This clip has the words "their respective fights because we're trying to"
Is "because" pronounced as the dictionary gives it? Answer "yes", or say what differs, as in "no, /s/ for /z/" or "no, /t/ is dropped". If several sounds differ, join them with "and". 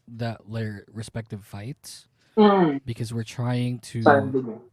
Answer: yes